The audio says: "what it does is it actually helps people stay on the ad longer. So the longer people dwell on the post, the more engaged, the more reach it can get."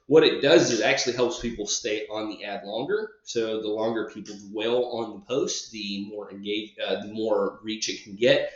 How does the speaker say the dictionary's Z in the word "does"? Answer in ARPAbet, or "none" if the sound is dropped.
Z